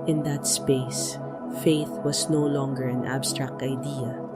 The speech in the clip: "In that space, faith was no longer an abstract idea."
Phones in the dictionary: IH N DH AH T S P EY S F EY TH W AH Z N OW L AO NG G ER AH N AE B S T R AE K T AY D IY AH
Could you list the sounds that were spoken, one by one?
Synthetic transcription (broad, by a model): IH N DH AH T S P EY S F EY TH W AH S N OW L AO NG G ER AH N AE B S T R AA K T AY D IY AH